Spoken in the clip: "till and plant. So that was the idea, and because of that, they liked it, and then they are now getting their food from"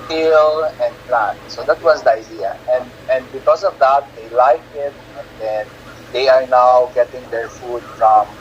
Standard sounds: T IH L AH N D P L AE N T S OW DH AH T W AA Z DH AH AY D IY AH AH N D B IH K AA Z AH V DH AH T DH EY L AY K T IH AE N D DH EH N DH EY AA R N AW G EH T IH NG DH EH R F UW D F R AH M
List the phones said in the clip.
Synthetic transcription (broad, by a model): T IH L AH N D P L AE N T S OW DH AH T W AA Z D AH AY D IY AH AH N D B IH K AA S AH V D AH T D EY L AY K IH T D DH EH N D EY AA R N AW G EH T IH NG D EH R F UW D F R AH M